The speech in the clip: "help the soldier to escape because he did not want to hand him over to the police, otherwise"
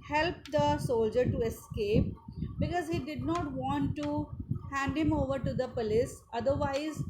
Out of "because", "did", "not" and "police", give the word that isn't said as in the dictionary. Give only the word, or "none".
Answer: none